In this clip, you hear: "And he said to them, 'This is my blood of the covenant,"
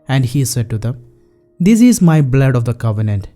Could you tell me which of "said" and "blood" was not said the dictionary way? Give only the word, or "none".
none